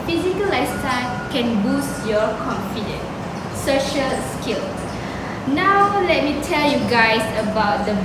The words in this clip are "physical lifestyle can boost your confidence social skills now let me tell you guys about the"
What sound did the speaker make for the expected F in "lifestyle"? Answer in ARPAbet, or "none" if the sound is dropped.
none